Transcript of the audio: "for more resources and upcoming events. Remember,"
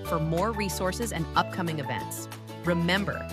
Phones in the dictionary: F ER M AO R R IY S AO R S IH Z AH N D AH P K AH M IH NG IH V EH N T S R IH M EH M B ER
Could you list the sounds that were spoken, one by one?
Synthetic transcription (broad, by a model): F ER M AO R R IY S AO R S IH Z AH N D AH P K AH M IH NG IH V EH N T S R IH M EH M B ER